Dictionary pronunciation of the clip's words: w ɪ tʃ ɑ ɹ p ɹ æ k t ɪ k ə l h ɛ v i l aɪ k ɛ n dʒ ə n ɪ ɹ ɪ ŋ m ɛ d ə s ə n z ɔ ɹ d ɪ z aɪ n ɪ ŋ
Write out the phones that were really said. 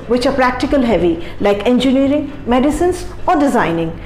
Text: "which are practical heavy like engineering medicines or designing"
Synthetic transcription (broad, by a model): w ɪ tʃ ɑ ɹ p ɹ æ k t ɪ k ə l h ɛ v i l aɪ k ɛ n dʒ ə n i ɹ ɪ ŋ m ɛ d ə s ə n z ɔ ɹ d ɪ z aɪ n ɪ ŋ